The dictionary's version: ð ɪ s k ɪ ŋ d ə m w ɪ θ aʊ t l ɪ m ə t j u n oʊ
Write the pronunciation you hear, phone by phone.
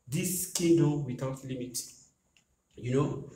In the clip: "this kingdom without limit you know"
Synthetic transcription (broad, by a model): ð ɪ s k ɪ d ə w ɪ t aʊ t l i m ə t j u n oʊ